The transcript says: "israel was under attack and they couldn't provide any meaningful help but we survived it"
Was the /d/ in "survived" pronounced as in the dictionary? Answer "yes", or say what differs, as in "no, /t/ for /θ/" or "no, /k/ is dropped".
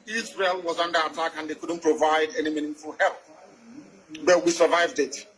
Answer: yes